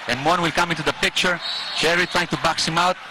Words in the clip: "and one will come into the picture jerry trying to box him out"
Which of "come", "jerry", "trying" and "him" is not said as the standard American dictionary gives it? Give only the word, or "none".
jerry